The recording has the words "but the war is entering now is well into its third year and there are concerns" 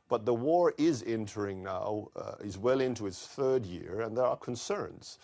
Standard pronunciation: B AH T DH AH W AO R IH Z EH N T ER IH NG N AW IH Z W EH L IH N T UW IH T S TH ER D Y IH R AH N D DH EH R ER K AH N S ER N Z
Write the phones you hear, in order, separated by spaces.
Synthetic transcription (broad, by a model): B AH T DH AH W AO R IH Z EH N T ER IH NG N AW IH Z W EH L IH N T UW IH T S TH ER D Y IH R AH N DH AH R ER K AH N S ER N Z